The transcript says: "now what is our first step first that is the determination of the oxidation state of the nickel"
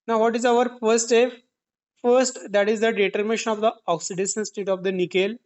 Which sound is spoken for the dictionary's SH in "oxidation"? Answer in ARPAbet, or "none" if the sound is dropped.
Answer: S